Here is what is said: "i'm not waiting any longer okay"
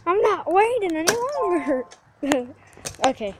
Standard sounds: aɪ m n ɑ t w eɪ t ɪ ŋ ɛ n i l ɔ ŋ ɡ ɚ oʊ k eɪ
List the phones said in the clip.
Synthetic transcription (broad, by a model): aɪ m n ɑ t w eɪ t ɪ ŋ ɛ n i w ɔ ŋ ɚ oʊ k eɪ